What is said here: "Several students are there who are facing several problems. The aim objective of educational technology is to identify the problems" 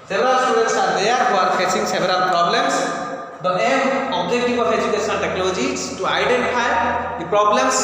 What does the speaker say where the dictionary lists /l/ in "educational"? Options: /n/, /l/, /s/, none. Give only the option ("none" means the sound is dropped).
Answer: /n/